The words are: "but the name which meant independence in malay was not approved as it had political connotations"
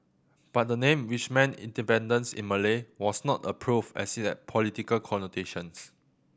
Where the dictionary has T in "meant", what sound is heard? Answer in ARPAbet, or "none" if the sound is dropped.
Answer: none